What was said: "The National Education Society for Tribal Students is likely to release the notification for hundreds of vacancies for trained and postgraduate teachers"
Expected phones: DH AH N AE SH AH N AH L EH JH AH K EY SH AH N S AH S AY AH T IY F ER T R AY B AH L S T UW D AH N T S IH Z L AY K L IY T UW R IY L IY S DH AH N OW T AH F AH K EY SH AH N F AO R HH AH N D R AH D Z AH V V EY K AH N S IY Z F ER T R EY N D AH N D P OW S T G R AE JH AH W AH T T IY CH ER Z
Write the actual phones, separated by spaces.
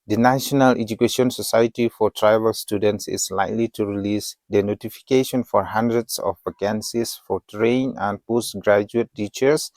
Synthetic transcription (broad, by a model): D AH N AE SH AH N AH L EH JH AH K EY SH AH N S AH S AY AH T IY F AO T R AY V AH L S T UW D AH N T S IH S L AY K L IY T UW R IY L IY S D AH N OW T AH F AH K EY SH AH N F AO R HH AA N D R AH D S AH F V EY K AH N S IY S F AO T R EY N AH N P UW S G R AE JH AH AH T T IY CH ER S